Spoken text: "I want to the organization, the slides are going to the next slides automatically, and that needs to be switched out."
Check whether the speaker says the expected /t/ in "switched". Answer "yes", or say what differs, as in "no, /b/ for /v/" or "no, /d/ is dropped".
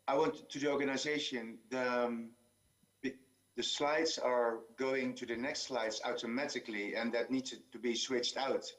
yes